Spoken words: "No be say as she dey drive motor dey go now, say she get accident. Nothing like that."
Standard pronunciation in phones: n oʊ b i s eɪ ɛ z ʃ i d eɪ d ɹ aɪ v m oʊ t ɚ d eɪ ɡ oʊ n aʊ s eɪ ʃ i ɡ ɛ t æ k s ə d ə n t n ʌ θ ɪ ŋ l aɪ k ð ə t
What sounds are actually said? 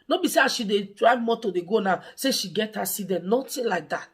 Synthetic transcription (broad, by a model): n oʊ b i s eɪ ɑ ʃ i d eɪ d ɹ aɪ m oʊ t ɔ d eɪ ɡ oʊ n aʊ s eɪ ʃ i ɡ ɛ t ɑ s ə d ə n n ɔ t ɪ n l aɪ k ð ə t